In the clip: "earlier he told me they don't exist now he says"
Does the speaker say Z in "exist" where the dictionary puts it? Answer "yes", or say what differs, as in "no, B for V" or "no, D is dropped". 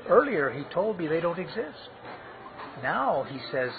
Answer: yes